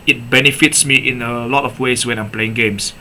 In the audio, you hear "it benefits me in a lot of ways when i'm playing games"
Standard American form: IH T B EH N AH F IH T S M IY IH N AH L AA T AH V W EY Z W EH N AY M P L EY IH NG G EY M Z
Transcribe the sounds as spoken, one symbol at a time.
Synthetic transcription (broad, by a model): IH T B EH N AH F IH T S M IY IH N AH L AA T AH F W EY S W EH N AY M P L EY IH NG G EY M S